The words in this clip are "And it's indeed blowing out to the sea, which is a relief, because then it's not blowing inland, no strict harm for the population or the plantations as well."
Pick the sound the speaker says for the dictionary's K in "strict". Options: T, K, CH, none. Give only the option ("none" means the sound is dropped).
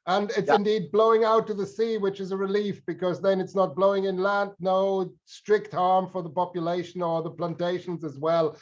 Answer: K